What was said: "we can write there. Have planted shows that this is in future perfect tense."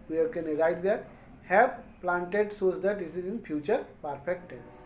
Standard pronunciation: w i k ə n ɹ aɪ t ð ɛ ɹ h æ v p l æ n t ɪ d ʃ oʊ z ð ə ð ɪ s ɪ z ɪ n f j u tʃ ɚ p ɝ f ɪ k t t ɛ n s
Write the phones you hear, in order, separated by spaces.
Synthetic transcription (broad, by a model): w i k ə n ɹ aɪ t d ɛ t h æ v p l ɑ n t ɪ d s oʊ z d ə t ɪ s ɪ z ɪ n f j u tʃ ɚ p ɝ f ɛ k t t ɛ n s